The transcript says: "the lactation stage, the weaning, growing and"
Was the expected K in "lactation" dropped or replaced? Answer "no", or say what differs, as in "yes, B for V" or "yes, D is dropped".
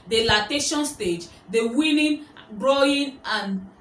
yes, K is dropped